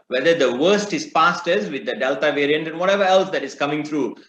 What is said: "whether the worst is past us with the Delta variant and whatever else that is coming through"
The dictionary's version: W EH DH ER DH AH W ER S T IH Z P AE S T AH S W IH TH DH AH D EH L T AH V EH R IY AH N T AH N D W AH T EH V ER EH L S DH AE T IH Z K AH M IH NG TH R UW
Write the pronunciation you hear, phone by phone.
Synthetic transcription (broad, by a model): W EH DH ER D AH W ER S T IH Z P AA S T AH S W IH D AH D EH L T AH V EH R IY AH N T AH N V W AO T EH V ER EH L S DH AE T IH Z K AH M IH NG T R UW